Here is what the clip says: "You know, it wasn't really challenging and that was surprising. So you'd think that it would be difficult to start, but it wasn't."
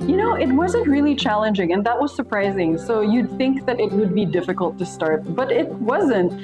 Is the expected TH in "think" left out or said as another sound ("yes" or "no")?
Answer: no